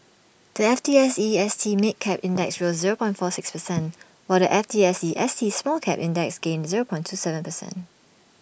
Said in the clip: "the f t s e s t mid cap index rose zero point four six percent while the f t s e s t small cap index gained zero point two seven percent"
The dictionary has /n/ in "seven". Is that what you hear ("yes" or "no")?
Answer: yes